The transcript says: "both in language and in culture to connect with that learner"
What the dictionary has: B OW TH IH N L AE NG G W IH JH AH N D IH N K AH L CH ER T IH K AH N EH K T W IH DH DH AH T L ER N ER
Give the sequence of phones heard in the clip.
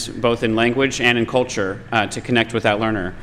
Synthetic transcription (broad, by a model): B OW TH IH N L AE NG G W IH JH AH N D IH N K AH L CH ER T IH K AH N EH K T W IH DH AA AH T L ER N ER